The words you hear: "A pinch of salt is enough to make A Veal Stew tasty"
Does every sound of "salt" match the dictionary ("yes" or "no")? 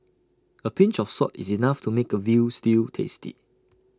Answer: no